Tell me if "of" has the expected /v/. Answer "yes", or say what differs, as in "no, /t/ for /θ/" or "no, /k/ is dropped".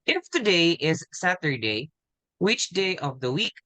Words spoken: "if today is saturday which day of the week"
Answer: yes